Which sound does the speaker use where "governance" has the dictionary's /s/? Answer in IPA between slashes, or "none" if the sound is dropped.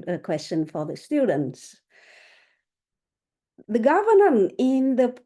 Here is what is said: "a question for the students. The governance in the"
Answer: none